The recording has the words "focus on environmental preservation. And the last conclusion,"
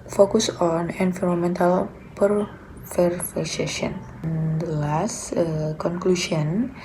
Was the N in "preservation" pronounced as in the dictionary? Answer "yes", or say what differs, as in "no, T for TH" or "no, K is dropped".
no, N is dropped